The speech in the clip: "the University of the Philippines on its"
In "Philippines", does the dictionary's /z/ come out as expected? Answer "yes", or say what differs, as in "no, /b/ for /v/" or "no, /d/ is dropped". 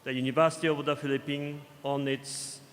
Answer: no, /z/ is dropped